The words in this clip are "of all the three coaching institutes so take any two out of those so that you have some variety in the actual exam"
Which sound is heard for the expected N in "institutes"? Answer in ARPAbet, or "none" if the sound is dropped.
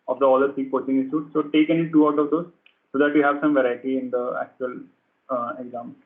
none